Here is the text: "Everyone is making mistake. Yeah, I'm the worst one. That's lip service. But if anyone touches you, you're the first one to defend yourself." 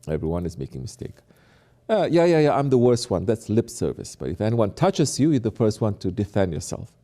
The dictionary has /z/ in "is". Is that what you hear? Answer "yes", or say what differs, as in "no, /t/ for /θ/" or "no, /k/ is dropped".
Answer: yes